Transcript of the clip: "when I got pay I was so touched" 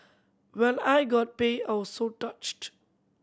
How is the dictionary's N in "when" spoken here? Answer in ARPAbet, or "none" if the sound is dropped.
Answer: L